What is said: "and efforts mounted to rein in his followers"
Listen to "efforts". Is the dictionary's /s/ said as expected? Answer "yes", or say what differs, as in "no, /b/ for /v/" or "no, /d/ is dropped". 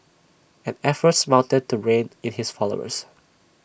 yes